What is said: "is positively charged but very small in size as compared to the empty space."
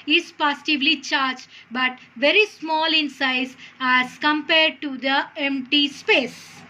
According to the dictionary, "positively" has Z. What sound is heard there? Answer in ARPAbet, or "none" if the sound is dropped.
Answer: S